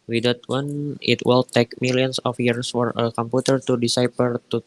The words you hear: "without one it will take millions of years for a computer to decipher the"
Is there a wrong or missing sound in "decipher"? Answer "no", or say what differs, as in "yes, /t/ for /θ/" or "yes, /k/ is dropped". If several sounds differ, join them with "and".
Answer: yes, /p/ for /f/